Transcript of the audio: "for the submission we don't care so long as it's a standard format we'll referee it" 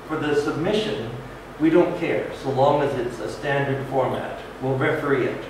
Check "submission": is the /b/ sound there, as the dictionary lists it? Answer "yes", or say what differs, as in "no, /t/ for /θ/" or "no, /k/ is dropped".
yes